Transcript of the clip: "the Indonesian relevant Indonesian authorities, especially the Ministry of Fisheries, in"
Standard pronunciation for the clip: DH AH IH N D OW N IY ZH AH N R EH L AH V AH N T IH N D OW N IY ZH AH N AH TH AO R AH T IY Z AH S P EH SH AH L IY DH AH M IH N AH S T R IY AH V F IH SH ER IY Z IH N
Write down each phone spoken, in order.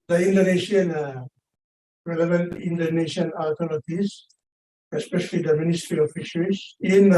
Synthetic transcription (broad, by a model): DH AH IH N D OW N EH SH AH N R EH L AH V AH N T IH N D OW N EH SH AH N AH T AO L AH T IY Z AH S P EH SH AH L IY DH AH M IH N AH S T R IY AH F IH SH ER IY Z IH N